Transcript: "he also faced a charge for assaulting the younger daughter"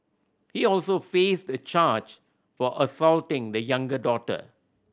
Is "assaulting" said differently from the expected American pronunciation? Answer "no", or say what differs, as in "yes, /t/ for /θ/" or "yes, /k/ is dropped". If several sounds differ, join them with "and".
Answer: no